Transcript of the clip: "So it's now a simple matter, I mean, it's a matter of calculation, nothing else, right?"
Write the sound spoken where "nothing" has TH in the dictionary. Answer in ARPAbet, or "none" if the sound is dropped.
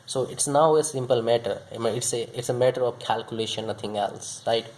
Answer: T